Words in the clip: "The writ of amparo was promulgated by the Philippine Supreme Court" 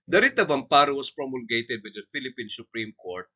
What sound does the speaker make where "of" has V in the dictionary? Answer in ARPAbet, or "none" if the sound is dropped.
B